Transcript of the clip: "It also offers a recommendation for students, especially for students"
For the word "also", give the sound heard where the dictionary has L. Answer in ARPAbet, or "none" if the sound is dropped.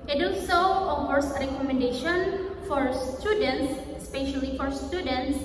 none